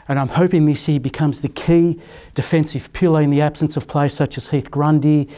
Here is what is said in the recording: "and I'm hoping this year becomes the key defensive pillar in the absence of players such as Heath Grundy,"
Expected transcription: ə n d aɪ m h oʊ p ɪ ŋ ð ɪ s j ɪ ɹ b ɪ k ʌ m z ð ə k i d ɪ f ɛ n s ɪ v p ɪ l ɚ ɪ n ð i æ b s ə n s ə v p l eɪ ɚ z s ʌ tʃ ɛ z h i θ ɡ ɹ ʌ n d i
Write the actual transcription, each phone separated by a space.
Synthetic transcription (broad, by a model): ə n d aɪ m h oʊ p ɪ ŋ ð ɪ s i b ɪ k ʌ m z ð ə k i d ɪ f ɛ n s ɪ v p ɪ l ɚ ɪ n ð i æ b s ə n s ə v p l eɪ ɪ s ʌ tʃ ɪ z h i θ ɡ ɹ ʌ n d i